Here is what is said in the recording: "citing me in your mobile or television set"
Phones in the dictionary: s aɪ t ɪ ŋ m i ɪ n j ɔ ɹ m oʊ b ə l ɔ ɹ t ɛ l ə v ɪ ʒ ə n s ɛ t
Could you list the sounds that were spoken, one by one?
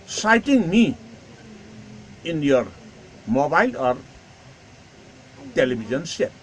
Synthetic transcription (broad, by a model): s aɪ t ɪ ŋ m i ɪ n j ɔ ɹ m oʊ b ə l ɔ ɹ t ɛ l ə b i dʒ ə n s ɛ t